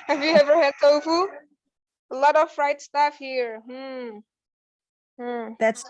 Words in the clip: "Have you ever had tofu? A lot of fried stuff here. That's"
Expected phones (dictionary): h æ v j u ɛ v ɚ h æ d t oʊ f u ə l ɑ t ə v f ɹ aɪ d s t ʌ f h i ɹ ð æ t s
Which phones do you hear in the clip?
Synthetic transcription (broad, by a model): h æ v j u ɛ v ɚ h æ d s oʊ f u ə l ɑ t ə v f ɹ aɪ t s t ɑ f h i ɹ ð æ t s